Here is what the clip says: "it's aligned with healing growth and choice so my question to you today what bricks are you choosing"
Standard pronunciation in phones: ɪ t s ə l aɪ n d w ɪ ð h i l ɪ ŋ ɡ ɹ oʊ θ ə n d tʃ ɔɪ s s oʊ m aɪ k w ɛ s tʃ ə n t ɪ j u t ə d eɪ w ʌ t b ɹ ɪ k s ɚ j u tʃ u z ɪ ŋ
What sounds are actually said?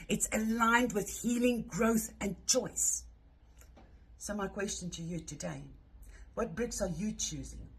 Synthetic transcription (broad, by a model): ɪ t s ə l aɪ n d w ɪ ð h i l ɪ ŋ ɡ ɹ oʊ θ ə n tʃ ɔɪ s s oʊ m aɪ k w ɛ s tʃ ə n t ɪ j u t ə d eɪ w ʌ t b ɹ ɪ k s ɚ j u tʃ u z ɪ ŋ